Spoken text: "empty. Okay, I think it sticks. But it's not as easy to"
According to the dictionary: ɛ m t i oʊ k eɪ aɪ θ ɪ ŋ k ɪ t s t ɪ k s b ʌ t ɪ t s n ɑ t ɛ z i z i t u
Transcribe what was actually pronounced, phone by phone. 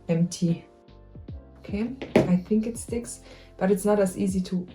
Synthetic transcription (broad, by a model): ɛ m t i oʊ k eɪ aɪ θ ɪ ŋ k ɪ t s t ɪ k s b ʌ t ɪ t s n ɑ t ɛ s i z i t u